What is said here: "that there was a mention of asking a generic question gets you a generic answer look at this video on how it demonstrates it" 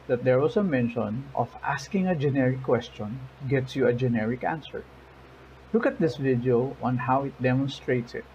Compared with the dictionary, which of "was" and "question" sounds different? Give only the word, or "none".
was